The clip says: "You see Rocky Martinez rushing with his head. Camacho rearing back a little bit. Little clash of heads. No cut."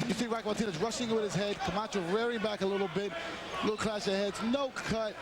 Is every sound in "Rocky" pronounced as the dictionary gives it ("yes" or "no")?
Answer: no